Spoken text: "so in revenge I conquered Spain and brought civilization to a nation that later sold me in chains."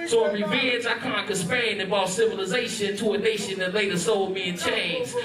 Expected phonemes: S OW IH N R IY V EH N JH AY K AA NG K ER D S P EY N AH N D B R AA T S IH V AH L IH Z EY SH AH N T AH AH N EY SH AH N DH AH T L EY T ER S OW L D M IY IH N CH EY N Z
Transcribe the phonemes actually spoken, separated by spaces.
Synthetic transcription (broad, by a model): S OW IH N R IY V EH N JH AY K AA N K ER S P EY AH N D B AA T S IH V AH L IH Z EY SH AH N T AH AH N EY SH AH N DH AH T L EY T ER S OW L D M IY IH N CH EY N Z